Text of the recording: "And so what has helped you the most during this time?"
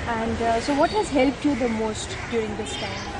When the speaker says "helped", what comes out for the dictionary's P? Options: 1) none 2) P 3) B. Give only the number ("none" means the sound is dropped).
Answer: 2